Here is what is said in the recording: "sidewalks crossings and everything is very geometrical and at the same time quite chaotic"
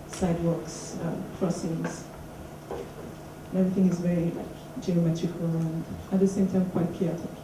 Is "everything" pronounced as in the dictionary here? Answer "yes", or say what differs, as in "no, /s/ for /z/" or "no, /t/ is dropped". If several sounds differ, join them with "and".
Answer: yes